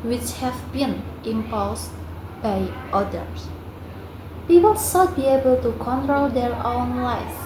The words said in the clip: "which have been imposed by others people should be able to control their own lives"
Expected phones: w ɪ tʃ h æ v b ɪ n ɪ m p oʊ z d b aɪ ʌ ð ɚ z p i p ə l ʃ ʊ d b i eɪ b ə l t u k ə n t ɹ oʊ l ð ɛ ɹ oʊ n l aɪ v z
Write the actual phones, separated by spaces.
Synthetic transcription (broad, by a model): w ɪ tʃ h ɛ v b ɪ n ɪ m p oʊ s b aɪ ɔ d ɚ s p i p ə l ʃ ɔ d b i eɪ b ə l t u k ə n t ɹ oʊ l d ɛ ɹ oʊ n l aɪ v